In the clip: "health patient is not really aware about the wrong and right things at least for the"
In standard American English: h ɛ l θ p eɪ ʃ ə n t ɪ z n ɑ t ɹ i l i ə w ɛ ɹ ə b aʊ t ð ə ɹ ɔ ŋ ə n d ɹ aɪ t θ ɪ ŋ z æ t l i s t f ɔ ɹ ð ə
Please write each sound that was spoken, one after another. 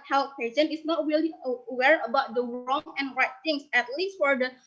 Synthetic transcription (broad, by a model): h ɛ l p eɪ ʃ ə n ɪ s n ɑ t ɹ i l i ə w ɛ ɹ ə b aʊ t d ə ɹ ɔ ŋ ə n ɹ aɪ t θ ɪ ŋ s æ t l i s t f ɔ ɹ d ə